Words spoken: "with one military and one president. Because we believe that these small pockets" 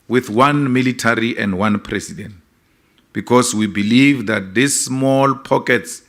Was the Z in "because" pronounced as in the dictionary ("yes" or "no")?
no